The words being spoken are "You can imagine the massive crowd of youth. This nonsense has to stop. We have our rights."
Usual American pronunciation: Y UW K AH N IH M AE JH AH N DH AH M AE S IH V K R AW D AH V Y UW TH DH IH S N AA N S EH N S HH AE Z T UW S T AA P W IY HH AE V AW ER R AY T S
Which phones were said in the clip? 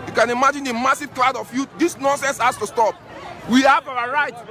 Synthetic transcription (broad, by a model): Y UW K AH N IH M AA JH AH N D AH M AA S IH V K L AW D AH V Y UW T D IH S N AA N S EH N S HH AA S T UW S T AA P W IY HH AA V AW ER R AY T